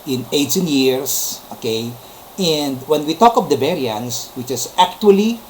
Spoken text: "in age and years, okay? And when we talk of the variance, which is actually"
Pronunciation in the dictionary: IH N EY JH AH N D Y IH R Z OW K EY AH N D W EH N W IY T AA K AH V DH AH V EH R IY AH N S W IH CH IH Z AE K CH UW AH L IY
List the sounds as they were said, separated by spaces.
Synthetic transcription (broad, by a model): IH N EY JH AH N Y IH R S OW K EY AH N D W EH N W IY T AA K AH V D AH B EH R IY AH N S W IH CH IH S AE K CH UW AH L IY